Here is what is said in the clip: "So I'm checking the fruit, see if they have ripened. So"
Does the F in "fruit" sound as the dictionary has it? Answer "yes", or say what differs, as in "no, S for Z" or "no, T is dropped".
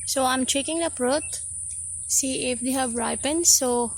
no, P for F